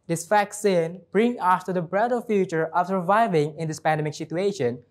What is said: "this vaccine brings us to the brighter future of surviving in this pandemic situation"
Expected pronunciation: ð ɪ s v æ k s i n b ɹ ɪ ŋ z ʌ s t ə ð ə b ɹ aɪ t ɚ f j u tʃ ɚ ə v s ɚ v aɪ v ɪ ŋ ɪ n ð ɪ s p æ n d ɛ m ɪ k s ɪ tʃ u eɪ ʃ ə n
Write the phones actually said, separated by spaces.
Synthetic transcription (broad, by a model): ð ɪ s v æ k s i n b ɹ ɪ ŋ ʌ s t ə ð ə b ɹ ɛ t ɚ f j u tʃ ɚ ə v s ɚ v aɪ v ɪ ŋ ɪ n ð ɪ s p æ n d ɛ m ɪ k s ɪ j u eɪ ʃ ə n